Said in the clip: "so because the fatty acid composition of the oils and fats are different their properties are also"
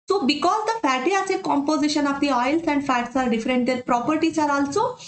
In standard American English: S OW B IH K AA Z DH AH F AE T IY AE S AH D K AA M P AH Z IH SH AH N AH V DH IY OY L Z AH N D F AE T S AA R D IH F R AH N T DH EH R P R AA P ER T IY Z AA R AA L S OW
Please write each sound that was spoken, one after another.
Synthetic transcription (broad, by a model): S OW B IH K AA Z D AH F AE T IY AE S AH K AA M P AH Z IH SH AH N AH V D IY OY L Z AH N D F AE T S AA R D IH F R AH N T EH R P R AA P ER T IY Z AA R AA L S OW